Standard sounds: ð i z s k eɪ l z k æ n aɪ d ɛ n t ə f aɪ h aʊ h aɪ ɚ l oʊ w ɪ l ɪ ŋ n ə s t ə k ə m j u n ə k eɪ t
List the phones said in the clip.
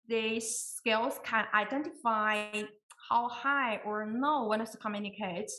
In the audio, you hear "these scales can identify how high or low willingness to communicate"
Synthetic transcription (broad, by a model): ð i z s k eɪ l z k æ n aɪ d ɛ n t f aɪ h aʊ h aɪ ɚ n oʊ w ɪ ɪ n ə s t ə k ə m j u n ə k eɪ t